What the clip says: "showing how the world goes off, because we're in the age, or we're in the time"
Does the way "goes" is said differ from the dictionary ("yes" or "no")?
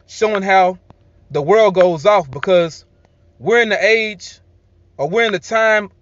no